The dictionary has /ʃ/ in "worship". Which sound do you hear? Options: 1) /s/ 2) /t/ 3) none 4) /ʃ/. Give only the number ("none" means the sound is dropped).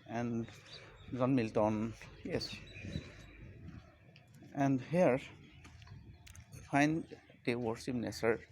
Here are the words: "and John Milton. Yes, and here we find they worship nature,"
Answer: 1